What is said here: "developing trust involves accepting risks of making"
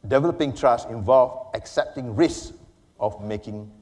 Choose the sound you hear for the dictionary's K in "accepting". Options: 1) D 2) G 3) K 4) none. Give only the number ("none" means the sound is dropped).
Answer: 3